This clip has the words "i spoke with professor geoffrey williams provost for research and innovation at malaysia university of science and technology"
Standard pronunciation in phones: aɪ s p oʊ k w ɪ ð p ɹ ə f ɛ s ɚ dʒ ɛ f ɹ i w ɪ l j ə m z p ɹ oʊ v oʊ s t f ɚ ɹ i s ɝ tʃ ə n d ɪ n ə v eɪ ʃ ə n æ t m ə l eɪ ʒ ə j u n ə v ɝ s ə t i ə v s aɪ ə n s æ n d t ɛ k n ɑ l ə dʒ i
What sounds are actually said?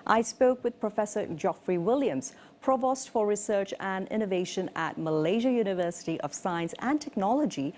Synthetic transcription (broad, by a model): aɪ s p oʊ k w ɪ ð p ɹ ə f ɛ s ɚ dʒ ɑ f ɹ i w ɪ l j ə m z p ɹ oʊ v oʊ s t f ɚ ɹ i s ɝ tʃ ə n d ɪ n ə v eɪ ʃ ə n æ t m ə l eɪ ʒ ə j u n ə v ɝ s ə t i ə v s aɪ ə n s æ n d t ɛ k n ɑ l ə dʒ i